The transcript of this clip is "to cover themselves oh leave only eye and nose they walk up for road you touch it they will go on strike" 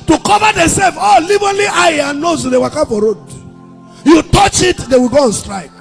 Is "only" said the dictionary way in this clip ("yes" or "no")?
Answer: no